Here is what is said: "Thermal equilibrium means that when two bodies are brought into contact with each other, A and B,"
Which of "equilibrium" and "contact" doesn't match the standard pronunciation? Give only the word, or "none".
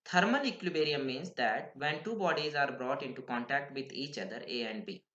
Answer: equilibrium